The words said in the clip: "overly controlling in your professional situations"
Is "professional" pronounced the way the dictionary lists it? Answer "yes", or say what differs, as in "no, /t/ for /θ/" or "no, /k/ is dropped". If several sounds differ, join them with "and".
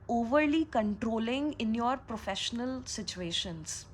yes